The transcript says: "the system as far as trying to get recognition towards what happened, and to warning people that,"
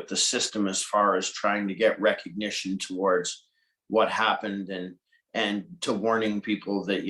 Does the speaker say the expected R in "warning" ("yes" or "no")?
yes